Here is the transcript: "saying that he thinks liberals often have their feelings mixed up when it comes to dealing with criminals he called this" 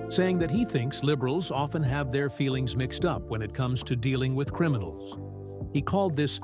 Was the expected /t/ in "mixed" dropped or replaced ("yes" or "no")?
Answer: no